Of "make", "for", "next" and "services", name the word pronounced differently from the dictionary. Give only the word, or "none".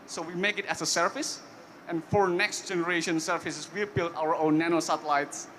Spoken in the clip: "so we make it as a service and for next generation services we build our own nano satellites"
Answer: services